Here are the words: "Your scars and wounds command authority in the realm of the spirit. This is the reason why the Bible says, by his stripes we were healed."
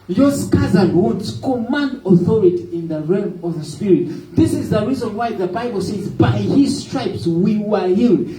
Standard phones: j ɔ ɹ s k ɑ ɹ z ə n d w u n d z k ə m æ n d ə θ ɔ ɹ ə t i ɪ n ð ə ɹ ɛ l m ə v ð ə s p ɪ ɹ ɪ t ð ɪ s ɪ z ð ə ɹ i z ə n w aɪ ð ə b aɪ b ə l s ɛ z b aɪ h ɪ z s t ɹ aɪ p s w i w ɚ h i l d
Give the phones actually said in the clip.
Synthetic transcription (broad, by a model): j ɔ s k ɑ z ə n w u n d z k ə m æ n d ə θ ɔ ɹ ə t i ɪ n ð ə ɹ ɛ m ə v ð ə s p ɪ ɹ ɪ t ð ɪ s ɪ z ð ə ɹ i z ə n w aɪ ð ə b aɪ b ə l s ɛ z b aɪ h ɪ z s t ɹ aɪ p s w i w ɚ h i l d